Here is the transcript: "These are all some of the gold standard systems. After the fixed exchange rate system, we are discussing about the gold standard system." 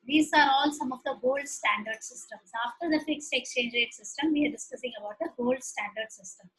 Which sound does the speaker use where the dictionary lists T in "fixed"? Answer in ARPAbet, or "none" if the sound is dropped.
T